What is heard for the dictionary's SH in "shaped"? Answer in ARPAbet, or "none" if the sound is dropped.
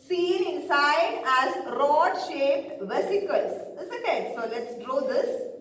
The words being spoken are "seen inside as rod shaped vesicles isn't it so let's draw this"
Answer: SH